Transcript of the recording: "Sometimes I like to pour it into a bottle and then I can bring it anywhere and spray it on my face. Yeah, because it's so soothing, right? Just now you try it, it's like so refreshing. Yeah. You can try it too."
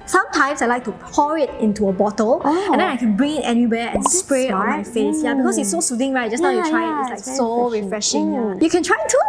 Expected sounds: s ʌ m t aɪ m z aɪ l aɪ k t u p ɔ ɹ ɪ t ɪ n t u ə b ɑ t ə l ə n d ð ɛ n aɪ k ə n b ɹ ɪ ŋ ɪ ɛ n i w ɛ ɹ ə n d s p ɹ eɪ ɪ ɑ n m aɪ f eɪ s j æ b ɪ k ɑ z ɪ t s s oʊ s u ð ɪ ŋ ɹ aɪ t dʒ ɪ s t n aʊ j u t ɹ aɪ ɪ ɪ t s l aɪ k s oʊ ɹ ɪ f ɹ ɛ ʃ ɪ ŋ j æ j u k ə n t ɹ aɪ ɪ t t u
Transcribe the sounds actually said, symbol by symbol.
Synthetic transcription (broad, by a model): s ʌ m t aɪ m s aɪ l aɪ k t u p ɔ ɹ ɪ t ɪ n t u ə b ɑ t ə l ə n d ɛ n aɪ k ə n b ɹ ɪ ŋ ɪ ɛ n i w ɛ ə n s p ɹ eɪ ɑ n m aɪ f eɪ s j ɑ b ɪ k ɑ s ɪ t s s oʊ s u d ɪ ŋ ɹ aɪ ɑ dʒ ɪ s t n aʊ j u t ɹ aɪ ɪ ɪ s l aɪ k s oʊ ɹ ɪ f ɹ ɛ ʃ ɪ ŋ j j u k ə n t ɹ aɪ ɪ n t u